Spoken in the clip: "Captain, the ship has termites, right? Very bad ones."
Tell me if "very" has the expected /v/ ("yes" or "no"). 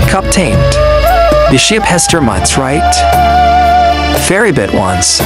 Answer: no